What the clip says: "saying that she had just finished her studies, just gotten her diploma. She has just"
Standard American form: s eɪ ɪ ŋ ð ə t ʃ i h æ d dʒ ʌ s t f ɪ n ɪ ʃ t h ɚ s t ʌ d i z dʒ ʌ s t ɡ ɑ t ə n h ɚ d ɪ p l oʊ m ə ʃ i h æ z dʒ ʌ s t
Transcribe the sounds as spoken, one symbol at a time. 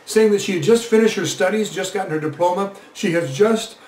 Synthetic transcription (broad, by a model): s eɪ ɪ ŋ ð ə t ʃ i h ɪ d dʒ ʌ s t f ɪ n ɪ ʃ t h ɚ s t ʌ d i z dʒ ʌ s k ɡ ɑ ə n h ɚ d ɪ p l oʊ m ə ʃ i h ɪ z dʒ ʌ s t